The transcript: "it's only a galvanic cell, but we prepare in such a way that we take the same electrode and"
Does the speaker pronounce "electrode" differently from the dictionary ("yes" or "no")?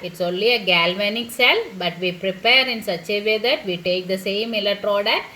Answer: yes